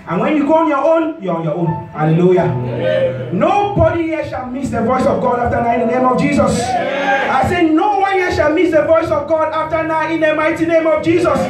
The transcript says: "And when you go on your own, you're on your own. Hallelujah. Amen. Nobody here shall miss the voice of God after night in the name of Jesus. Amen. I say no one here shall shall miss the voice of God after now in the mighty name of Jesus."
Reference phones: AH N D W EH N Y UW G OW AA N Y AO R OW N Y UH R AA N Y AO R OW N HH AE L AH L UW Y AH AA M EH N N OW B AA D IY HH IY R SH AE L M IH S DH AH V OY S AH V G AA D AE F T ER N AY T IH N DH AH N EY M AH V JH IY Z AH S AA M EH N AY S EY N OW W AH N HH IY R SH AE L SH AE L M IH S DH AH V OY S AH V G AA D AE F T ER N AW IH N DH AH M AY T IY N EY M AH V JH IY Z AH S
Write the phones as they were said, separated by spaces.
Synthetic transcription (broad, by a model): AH N W EH N Y UW G OW AA N Y AO OW N Y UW AA N Y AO OW N HH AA L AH L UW Y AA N N OW B AA D IY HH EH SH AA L M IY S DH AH V OY S AH V G AA D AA F T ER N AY IH N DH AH N EY M AH V JH IY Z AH S AA IH S EY N OW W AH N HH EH SH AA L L M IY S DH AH V OY S AH V G AA D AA F T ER N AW IH N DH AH M AY T IY N EY M AH V JH IY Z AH S